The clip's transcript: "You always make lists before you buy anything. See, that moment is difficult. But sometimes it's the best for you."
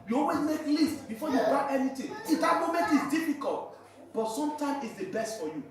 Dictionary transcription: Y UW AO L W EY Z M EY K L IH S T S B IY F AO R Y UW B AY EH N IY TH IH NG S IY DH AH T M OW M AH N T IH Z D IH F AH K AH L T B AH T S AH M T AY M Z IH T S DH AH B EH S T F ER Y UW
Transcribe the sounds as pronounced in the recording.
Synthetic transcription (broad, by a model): Y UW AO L W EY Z M EY K L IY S T B IY F AO Y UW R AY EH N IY T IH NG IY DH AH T M OW M AH N T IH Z D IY F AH K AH L T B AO T S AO M T AY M IH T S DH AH B EH S T F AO Y UW